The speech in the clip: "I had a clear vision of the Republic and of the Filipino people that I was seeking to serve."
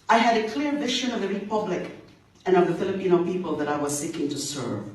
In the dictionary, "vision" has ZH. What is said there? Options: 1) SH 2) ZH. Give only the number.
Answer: 1